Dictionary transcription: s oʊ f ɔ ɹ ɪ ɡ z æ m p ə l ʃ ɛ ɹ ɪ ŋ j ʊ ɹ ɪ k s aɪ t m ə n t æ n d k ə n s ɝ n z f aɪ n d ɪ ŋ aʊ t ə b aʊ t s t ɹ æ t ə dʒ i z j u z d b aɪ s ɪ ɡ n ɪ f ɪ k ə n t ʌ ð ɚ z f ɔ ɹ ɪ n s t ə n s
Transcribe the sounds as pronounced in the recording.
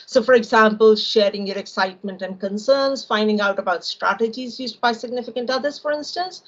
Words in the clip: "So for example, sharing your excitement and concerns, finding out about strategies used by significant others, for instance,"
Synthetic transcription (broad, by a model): s oʊ f ɔ ɹ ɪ ɡ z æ m p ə l ʃ ɛ ɹ ɪ ŋ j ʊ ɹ ɪ k s aɪ t m ə n t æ n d k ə n s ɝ n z f aɪ n d ɪ ŋ aʊ t ə b aʊ t s t ɹ æ t ə dʒ i z j u z d b aɪ s ɪ ɡ n ɪ f ɪ k ə n t ʌ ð ɚ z f ɔ ɹ ɪ n s t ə n s